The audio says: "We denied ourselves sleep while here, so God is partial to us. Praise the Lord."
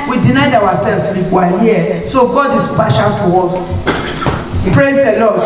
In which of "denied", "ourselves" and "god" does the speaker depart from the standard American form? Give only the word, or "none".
ourselves